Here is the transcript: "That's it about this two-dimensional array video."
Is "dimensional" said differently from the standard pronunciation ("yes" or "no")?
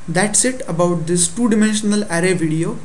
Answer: no